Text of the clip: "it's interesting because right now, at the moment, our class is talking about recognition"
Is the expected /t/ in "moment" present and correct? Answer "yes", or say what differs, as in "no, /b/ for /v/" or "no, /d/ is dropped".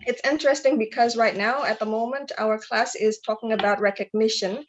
yes